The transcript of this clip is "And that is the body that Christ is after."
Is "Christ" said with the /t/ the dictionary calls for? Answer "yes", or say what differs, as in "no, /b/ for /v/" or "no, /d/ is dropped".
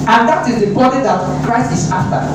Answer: no, /t/ is dropped